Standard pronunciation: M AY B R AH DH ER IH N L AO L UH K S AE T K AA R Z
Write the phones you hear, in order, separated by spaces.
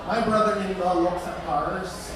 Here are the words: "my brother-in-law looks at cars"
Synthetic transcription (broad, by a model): M AY B R AH DH ER IH N W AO L UH K S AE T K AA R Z